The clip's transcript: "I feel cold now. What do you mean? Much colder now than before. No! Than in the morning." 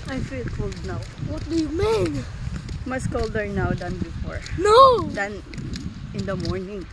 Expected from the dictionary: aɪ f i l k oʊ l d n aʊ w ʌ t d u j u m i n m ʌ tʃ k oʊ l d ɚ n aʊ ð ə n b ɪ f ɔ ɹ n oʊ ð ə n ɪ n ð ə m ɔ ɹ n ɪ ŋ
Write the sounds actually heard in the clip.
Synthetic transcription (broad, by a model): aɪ f i l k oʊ l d n aʊ w ʌ t d u j u m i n m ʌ s k oʊ l d ɚ n aʊ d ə n b ɪ f ɔ ɹ n oʊ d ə n ɪ n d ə m ɔ ɹ n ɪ ŋ